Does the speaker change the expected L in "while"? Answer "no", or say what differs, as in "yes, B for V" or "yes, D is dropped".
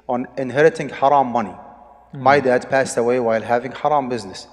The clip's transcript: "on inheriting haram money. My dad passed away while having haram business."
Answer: no